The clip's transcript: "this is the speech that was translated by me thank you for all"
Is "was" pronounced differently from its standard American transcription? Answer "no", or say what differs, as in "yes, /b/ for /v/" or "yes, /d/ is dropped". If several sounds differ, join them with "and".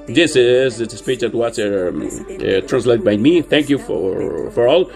yes, /s/ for /z/